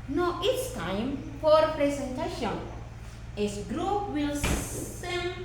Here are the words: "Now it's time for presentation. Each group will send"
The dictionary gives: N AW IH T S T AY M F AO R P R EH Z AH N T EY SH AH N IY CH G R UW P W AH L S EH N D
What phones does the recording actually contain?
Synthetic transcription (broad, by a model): N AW IH T S T AY M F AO R P R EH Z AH N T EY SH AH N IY S G R UW P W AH L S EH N